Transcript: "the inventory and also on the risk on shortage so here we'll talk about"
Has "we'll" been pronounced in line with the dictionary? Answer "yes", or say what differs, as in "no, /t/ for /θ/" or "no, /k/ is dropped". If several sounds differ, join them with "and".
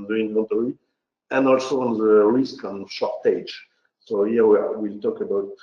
yes